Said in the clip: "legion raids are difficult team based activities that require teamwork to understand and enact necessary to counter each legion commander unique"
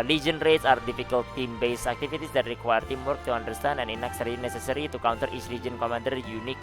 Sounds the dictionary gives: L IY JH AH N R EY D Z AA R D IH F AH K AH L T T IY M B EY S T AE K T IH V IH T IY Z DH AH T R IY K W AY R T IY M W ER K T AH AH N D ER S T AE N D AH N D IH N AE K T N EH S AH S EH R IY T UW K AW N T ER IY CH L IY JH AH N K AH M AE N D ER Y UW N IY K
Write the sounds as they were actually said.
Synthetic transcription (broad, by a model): L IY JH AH N R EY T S AA R D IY F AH K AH L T T IY M B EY S AE K T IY F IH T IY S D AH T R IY K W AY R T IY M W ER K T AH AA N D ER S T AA N AH N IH N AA K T N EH S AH S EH R IY T UW K AW N T ER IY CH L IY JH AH N K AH M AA N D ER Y UW N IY K